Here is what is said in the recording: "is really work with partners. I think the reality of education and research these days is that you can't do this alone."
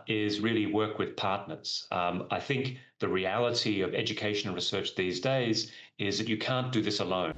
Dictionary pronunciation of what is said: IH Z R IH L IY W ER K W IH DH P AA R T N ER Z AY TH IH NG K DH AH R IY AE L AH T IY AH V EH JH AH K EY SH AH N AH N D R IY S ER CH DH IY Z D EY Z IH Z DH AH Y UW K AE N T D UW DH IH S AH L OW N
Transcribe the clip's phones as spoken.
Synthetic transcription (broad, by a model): IH Z R IH L IY W ER K W IH DH P AA R T N ER Z AY TH IH NG K DH AH R IY AE L AH T IY AH V EH JH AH K EY AH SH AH N R IY S ER CH DH IY Z D EY Z IH Z DH AH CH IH K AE N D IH DH IH S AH L OW N